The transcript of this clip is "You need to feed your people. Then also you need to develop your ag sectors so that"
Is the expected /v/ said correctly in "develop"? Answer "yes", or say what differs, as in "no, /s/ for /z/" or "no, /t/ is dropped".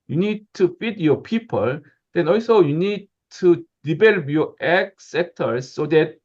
no, /b/ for /v/